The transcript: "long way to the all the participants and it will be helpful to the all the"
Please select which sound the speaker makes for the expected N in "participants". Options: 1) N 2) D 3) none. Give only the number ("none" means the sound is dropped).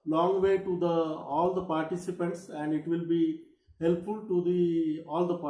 1